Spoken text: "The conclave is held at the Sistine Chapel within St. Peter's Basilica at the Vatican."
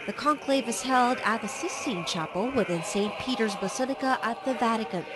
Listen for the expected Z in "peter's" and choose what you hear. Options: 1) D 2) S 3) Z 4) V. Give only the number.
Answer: 3